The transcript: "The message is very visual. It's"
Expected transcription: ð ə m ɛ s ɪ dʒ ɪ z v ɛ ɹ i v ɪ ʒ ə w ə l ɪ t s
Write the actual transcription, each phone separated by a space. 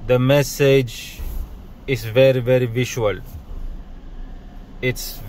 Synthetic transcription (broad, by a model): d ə m ɛ s ɪ dʒ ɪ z v ɛ ɹ i v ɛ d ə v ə l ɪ t s